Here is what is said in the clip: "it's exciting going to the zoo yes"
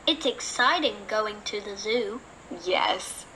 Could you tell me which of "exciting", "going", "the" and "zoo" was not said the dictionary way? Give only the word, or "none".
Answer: none